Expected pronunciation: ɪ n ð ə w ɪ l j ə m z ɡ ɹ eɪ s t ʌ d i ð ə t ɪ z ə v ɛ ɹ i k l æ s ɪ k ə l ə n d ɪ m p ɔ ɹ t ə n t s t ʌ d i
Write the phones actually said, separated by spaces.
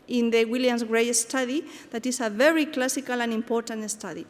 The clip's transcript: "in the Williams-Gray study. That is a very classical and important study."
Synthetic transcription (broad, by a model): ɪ n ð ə w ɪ l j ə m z ɡ ɹ eɪ s t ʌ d i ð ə t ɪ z ə v ɛ ɹ i k l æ s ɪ k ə l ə n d ɪ m p ɔ ɹ t ə n t s t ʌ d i